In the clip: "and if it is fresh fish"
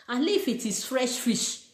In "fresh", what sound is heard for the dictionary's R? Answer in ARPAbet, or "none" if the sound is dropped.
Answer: R